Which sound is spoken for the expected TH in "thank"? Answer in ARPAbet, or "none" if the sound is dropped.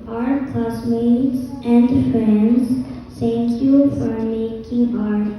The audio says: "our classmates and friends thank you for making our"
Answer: T